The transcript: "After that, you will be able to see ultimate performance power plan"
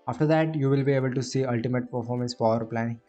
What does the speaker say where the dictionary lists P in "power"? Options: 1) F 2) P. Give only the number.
1